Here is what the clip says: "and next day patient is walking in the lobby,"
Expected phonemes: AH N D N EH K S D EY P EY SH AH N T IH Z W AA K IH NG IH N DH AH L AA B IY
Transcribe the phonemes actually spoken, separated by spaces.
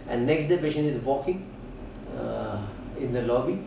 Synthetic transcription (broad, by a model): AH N N EH K S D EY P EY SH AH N IH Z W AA K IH NG IH N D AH L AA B IY